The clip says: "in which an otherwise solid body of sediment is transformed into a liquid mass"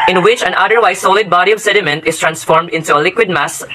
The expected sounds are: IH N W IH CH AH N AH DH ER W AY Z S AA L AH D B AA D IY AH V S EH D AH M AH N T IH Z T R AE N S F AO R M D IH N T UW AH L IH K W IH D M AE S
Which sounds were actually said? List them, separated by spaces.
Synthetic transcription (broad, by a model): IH N W IH CH AH N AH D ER W AY S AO L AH D B AA D IY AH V S EH D AH M AH N T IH S T R AE N S F AO R M D IH N T UW AH L IH K W IH D M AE S